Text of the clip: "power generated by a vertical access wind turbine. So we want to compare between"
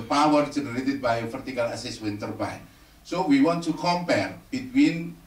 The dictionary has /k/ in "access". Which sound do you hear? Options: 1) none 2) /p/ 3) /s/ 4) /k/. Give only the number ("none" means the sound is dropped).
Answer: 1